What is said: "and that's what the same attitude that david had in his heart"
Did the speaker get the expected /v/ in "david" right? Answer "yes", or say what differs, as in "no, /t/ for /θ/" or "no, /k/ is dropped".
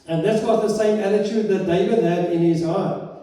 yes